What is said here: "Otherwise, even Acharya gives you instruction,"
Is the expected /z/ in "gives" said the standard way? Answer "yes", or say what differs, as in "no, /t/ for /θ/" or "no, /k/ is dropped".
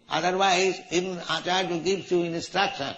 no, /z/ is dropped